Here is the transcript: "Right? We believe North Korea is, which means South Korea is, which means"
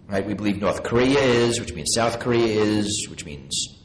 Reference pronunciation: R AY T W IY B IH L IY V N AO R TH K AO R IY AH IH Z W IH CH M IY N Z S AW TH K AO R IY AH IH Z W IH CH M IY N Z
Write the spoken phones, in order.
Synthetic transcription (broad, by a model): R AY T W IY B IH L IY V N AO R TH K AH R IY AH IH Z W IH CH M IY N Z S AW TH K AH R IY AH IH Z W IH CH M IY N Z